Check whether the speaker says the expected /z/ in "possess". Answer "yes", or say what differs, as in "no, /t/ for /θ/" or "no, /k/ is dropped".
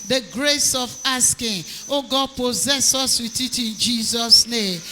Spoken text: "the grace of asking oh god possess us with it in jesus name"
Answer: yes